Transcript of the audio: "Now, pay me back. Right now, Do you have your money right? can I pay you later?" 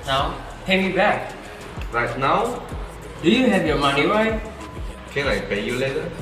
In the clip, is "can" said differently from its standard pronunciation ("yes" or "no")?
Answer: yes